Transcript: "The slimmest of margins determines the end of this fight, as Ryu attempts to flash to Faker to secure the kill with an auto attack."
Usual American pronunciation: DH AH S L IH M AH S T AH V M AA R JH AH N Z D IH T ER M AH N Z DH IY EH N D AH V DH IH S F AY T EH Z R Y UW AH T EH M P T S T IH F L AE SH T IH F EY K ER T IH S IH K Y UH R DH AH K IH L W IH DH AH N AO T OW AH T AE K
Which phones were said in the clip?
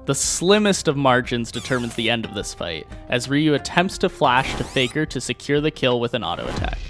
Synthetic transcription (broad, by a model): DH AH S L IH M AH S T AH V M AA R JH AH N Z D IH T ER M AH N Z DH IY EH N D AH V DH IH S F AY T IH Z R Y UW AH T EH M P T S T IH F L AE SH T IH F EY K ER T IH S IH K Y UH R DH AH K IH L W IH DH AH N AO T OW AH T AE K